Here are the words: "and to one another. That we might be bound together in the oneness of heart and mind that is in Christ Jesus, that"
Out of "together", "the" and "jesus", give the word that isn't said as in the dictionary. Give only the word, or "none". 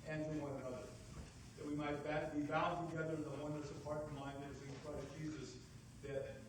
none